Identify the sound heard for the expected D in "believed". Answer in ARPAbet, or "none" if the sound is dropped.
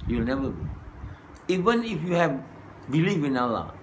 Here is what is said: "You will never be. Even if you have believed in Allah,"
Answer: none